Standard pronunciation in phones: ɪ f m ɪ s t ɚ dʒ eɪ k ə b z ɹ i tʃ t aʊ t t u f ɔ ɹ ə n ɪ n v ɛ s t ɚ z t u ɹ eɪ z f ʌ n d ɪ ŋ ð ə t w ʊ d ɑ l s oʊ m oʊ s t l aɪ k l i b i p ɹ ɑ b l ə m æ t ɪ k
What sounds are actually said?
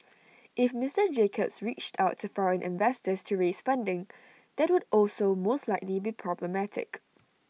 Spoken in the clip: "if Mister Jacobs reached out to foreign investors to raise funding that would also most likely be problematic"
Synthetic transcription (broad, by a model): ɪ f m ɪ s t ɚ dʒ eɪ k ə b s ɹ i tʃ t aʊ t t u f ɔ ɹ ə n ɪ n v ɛ s t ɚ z t u ɹ eɪ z f ʌ n d ɪ ŋ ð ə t w ʊ d ɑ l s oʊ m oʊ s t l aɪ k l i b i p ɹ ɑ b l ə m æ t ɪ k